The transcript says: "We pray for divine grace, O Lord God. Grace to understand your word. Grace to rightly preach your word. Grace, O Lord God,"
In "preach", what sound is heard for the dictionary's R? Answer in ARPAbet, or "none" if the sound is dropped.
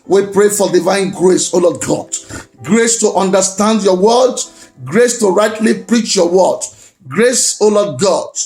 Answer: R